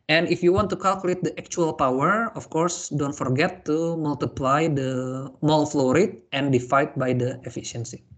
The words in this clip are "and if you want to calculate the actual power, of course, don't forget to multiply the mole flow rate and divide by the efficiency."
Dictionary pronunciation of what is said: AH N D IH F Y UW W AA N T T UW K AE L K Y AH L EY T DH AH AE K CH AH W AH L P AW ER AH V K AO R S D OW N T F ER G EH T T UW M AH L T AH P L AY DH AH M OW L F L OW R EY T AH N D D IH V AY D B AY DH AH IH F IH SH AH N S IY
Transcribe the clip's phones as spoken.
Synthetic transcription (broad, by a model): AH N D IH F Y UW W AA N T T UW K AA L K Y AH L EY T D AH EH K CH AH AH L P AW ER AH F K AO R S D OW N T F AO G EH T T UW M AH L T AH P L AY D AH M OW L F L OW R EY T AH N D D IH F AY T B AY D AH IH F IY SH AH N S IY